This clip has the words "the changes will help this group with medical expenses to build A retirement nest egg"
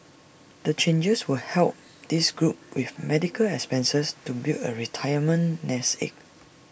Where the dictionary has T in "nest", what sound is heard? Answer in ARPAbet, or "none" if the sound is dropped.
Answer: none